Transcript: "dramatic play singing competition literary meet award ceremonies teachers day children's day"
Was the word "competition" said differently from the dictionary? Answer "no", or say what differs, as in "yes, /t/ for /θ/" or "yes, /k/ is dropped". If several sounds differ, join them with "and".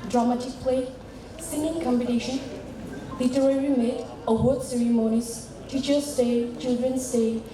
yes, /b/ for /p/